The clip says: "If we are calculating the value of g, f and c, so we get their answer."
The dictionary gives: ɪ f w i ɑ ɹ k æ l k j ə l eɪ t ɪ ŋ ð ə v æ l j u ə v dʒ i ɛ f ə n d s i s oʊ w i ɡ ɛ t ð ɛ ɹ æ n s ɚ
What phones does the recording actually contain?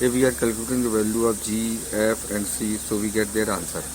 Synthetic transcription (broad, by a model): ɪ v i ɑ ɹ k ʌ l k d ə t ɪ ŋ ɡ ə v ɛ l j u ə p dʒ i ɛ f ə n d s i s oʊ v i ɡ ɛ t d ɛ ɹ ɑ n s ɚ